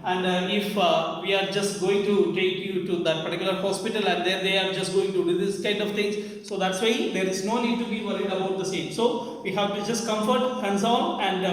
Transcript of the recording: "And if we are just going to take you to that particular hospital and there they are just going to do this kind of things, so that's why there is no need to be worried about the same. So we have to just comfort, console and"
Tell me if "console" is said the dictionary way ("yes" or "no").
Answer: no